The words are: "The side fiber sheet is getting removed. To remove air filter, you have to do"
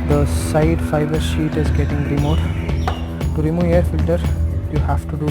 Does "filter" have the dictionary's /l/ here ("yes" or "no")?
yes